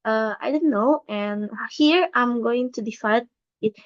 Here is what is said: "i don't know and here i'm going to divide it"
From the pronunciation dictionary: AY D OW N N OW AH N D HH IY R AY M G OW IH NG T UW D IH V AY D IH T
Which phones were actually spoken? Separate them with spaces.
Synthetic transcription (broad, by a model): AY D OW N N OW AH N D HH IY R AY M G OW IH NG T UW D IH F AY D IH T